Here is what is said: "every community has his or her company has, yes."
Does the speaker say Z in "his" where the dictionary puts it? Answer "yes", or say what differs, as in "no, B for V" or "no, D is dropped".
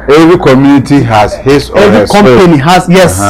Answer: no, S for Z